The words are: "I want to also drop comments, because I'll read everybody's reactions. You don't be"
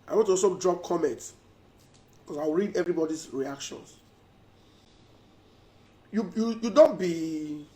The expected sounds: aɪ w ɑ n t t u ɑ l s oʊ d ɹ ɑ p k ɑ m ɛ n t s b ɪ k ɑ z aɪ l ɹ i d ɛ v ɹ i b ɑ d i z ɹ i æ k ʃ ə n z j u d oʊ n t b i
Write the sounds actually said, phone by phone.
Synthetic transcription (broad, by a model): aɪ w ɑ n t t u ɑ s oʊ d ɹ ɑ p k ɑ m ɛ n t s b k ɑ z aɪ w ɹ i d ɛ v ɹ i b ɑ d i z ɹ i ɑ k ʃ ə n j j u d oʊ n t b i